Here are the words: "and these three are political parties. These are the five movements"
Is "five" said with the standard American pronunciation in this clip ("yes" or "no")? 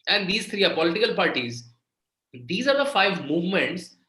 yes